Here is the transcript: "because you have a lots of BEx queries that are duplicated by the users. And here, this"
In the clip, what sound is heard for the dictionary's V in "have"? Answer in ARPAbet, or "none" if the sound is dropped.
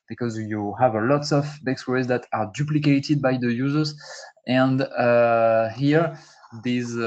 V